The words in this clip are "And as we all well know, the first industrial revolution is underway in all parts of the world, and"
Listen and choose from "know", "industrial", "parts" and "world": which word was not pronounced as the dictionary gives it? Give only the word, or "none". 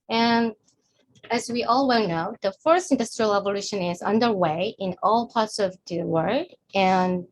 world